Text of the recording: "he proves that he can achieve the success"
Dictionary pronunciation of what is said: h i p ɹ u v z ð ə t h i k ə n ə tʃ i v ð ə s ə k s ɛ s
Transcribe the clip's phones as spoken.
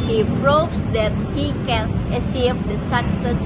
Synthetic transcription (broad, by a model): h i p ɹ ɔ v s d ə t h i k ə n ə s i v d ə s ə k s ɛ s